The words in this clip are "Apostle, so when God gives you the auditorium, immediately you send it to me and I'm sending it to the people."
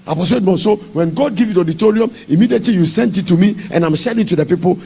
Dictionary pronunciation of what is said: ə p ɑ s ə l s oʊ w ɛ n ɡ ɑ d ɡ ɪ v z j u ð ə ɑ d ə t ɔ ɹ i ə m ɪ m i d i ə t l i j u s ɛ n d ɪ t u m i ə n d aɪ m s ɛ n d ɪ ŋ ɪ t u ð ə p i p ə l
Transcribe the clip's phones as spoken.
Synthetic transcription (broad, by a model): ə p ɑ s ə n s oʊ w ɛ n ɡ ɑ d ɡ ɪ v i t ɑ d ə t ɔ ɹ i ə m ɪ m i d i ə t l i j u s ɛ n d ɪ t u m i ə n aɪ m ʃ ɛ d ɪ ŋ t u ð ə p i p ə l